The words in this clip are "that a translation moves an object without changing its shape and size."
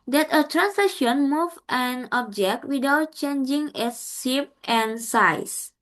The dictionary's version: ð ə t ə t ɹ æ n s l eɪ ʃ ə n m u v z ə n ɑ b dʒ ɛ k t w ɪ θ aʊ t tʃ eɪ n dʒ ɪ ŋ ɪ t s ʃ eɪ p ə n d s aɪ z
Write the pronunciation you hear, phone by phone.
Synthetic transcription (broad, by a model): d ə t ə t ɹ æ n s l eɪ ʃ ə n m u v ə n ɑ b dʒ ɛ k t w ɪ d aʊ t tʃ eɪ n dʒ ɪ ŋ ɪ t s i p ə n s aɪ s